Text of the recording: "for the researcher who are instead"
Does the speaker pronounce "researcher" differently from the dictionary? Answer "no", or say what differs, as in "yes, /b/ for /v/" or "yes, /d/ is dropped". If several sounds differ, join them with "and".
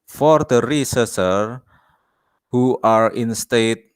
yes, /s/ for /tʃ/